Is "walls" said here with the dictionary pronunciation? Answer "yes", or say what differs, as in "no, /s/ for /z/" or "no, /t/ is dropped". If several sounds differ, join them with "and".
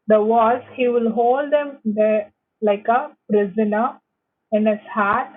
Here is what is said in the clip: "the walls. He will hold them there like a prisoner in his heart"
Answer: no, /l/ is dropped